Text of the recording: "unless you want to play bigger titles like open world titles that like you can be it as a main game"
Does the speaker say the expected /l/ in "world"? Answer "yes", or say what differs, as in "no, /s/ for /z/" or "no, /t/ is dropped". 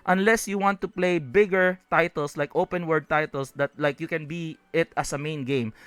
no, /l/ is dropped